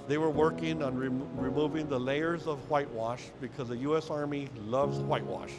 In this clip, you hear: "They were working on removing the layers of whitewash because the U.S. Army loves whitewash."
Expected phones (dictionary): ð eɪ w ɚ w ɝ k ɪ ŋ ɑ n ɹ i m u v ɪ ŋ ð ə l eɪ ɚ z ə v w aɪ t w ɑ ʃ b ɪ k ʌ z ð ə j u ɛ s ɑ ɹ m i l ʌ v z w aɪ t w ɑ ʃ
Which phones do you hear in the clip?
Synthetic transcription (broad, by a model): ð eɪ w ɚ w ɝ k ɪ ŋ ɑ n ɹ i m u v ɪ ŋ ð ə l eɪ ɚ z ə v w aɪ t w ɑ ʃ b ɪ k ʌ z ð ə j u ɛ s ɑ ɹ m i l ʌ v z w aɪ t w ɑ ʃ